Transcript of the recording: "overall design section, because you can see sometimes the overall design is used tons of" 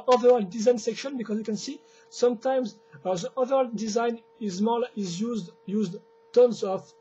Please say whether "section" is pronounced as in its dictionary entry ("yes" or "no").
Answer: yes